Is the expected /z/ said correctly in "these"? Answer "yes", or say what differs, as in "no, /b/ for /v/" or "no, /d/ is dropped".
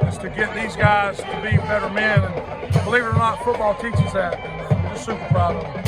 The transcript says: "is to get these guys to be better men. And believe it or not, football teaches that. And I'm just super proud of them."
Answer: yes